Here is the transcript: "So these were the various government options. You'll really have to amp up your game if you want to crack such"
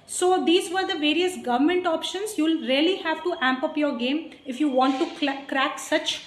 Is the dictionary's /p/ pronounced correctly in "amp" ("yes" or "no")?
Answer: yes